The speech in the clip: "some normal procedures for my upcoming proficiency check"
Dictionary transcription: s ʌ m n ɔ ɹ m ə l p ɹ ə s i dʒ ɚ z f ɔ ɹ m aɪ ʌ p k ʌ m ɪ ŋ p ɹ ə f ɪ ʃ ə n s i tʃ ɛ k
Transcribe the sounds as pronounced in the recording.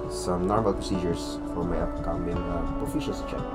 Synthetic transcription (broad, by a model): s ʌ m n ɔ ɹ m ə l p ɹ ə s i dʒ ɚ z f ɔ ɹ m aɪ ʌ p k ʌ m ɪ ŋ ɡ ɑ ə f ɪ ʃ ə l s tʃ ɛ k